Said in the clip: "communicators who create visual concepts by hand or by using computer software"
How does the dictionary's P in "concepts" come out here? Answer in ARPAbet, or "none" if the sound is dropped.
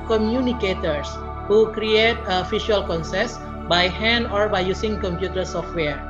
none